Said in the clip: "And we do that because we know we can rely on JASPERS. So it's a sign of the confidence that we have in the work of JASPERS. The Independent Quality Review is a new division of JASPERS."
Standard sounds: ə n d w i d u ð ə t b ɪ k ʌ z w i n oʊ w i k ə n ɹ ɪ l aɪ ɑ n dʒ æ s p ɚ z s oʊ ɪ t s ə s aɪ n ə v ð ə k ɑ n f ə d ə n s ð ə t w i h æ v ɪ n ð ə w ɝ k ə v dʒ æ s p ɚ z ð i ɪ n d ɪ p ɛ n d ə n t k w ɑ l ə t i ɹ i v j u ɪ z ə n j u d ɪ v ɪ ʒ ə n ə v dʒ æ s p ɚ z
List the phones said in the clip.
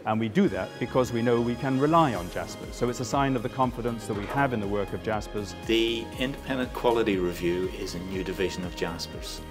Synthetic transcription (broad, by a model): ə n w i d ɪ ð ə t b ɪ k ʌ z w i n oʊ w i k ə n ɹ ɪ l aɪ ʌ n dʒ æ s p ɚ z s oʊ ɪ t s ə s aɪ n ə v ð ə k ɑ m f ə d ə n s ð ə t w i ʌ v ɪ n ð ə w ɝ k ə v dʒ æ s p ɚ z ð i ɪ n d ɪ p ɛ n d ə n k w ɑ l ə t i ɹ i v j u ɪ z ə n j u d ɪ v ɪ ʒ ə n ə v dʒ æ s p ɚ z